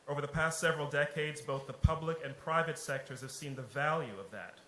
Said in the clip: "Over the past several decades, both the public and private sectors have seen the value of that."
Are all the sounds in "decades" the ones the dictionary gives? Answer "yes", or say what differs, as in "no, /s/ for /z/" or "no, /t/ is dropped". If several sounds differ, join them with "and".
yes